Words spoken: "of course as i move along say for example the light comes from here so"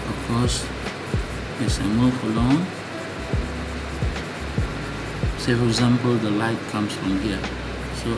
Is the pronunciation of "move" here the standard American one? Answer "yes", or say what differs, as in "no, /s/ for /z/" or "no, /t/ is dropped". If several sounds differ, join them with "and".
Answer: no, /f/ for /v/